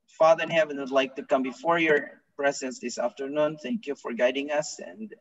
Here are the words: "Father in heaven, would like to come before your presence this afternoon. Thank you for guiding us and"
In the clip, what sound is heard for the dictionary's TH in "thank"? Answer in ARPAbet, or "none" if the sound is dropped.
TH